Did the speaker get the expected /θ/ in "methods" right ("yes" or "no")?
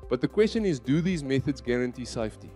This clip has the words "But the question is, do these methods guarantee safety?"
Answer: yes